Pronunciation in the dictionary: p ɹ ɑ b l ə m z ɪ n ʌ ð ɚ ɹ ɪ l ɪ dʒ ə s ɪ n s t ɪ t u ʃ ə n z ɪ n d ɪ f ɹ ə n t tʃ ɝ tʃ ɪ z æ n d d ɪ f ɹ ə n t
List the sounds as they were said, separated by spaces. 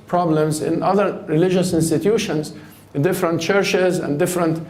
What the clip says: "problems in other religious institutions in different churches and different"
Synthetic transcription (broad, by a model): p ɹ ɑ b l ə m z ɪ n ʌ ð ɚ ɹ ɪ l ɪ dʒ ə s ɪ n s t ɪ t u ʃ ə n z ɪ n d ɪ f ɹ ə n t tʃ ɝ tʃ ɪ z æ n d d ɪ f ɹ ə n t